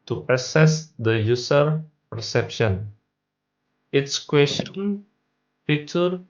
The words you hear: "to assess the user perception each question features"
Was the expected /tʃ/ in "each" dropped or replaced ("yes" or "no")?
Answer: yes